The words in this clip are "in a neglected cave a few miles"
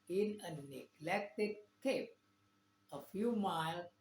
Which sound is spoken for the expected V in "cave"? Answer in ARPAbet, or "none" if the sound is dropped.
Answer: P